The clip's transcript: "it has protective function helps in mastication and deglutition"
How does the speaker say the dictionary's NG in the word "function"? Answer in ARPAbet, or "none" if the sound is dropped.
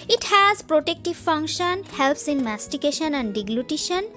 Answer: NG